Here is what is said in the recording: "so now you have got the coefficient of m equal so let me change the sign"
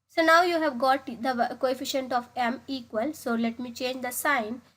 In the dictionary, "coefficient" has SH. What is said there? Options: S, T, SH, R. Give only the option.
SH